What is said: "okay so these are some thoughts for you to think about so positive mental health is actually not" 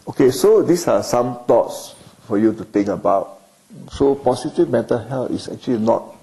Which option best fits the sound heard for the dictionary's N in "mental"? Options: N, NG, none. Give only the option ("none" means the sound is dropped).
none